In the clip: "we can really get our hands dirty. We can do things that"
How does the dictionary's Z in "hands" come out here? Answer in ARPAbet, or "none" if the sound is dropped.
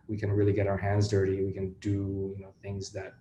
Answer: Z